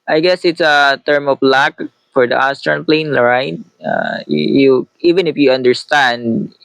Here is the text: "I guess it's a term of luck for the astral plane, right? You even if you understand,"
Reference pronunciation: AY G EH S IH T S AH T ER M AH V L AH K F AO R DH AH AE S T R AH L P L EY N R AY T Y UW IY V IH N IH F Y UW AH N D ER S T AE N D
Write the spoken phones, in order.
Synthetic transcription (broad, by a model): AY G EH S IH T S AH T ER M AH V L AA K F AO R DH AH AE S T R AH N P L EY N R AY T Y UW IY V IH N IH F Y UW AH N D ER S T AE N D